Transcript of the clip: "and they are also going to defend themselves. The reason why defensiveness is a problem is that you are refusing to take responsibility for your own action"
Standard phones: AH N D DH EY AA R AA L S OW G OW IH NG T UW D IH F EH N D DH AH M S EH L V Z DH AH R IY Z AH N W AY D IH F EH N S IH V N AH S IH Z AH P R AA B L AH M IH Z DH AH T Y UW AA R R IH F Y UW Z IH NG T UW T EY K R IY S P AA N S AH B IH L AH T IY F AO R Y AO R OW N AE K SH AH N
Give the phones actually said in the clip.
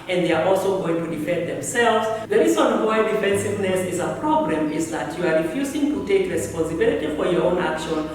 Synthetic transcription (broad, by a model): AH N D DH EY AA R AA L S OW G OW IH NG T UW D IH F EH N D DH AH M S EH L V Z DH AH R IY Z AH N W AY D IH F EH N S IH V N AH S IH Z AH P R AA B L AH M IH Z DH AH T Y UW AA R R IH F Y UW Z IH NG T UW T EY K R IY S P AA N S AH B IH L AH T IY F AO R Y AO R OW N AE K SH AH N